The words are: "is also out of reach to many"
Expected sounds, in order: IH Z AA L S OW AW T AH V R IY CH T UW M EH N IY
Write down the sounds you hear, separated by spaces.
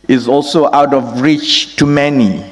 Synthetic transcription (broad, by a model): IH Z AA L S OW AW T AH V R IY CH T UW M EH N IY